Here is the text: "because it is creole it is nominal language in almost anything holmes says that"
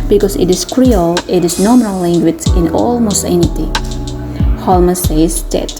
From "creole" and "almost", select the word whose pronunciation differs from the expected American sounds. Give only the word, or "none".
almost